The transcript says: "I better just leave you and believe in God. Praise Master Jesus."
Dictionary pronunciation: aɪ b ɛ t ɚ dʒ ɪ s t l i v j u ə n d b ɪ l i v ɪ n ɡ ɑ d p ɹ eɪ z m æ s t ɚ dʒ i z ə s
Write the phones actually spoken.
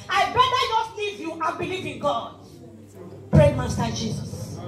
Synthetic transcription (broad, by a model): aɪ b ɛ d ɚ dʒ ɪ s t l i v j u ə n b ɪ l i v ɪ n ɡ ɑ d p ɹ eɪ m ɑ s t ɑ dʒ i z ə s